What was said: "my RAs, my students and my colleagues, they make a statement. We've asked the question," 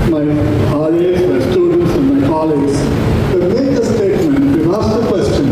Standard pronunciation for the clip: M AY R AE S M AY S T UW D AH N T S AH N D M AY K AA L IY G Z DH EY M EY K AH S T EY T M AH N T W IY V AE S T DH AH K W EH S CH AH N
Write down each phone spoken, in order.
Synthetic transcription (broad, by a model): M AY L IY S M AY S T UW D AH N T S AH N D M AY K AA L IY G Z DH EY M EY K AH S T EY T M AH N T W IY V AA S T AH K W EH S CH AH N